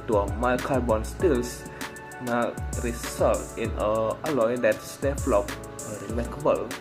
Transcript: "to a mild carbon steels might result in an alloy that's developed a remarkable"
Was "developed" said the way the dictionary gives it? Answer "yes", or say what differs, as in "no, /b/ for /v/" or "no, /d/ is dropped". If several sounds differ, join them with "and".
no, /t/ is dropped